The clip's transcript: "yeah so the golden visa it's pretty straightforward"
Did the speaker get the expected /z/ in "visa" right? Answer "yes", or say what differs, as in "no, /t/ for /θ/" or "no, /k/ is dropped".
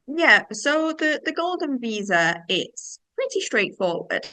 yes